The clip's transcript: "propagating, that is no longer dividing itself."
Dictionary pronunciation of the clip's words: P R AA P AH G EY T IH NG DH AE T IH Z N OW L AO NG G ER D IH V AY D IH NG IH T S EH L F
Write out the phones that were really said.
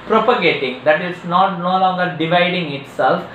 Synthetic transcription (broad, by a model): P R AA P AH G EY T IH NG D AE T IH S N OW L AO NG G ER D IH V AY D IH NG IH T S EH L F